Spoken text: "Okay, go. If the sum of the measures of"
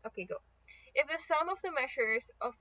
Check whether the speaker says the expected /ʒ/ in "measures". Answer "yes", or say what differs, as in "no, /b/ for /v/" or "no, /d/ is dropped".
no, /ʃ/ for /ʒ/